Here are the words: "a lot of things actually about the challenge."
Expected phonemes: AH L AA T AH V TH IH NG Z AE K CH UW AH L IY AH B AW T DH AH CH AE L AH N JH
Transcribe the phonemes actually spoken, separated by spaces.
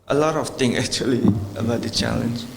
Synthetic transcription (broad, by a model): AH L AA T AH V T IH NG AE K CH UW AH L IY AH B AW T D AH CH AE L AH N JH